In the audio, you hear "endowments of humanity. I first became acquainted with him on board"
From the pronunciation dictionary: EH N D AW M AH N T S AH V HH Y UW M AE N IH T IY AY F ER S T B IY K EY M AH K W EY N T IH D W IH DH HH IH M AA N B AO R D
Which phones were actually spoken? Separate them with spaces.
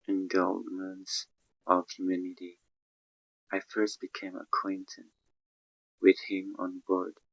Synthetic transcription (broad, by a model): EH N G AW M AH N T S AH V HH Y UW M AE N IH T IY AY F ER S T B IY K EY M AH K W EY N T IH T W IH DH HH IH M AA N B AO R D